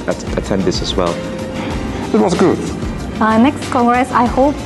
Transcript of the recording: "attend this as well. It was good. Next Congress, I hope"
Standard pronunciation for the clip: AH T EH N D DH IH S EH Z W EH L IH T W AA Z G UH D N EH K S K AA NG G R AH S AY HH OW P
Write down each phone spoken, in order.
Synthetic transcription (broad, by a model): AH T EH N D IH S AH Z W EH L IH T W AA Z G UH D N EH K S K AA NG G R AH S AY HH OW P